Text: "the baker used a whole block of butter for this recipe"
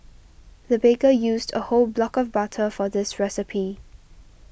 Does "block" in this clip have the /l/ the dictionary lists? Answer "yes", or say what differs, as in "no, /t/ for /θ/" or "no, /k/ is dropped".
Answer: yes